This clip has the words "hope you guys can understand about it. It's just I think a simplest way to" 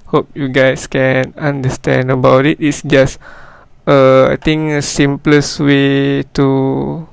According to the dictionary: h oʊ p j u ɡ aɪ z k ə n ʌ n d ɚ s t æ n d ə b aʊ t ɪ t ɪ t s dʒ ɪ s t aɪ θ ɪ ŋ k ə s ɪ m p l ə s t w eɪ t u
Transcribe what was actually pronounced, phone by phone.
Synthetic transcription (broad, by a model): h oʊ p j u ɡ aɪ s k ə n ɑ n d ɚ s t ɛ n d ə b aʊ t ɪ t ɪ t s dʒ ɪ s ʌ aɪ t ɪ ŋ ə s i m p l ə s w eɪ t u